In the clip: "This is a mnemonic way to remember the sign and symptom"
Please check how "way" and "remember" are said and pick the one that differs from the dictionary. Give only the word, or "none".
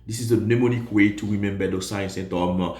remember